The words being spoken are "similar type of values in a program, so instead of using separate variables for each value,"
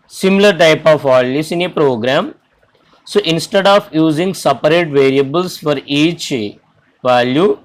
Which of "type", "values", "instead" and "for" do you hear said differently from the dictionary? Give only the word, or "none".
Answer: values